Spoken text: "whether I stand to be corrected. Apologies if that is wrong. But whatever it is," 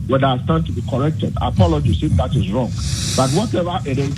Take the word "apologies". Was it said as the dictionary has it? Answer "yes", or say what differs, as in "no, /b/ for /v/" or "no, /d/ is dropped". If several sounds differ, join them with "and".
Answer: no, /s/ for /z/